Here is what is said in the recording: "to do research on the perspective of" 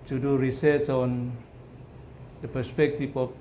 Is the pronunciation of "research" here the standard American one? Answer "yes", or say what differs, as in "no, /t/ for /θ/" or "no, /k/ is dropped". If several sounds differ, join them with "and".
no, /s/ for /tʃ/